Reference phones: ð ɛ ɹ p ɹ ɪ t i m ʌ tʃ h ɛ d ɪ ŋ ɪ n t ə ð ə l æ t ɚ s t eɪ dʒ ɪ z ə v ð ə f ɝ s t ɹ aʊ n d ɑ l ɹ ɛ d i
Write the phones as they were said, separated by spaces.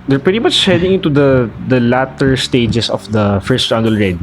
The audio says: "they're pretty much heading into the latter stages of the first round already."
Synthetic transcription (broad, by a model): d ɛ ɹ p ɹ ɪ t i m ʌ tʃ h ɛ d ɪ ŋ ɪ n t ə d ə l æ t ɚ s t eɪ dʒ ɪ s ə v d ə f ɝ s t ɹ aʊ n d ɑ l ɹ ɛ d